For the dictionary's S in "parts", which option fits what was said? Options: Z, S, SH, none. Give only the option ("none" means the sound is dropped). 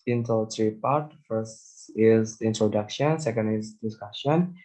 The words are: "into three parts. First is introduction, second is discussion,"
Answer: none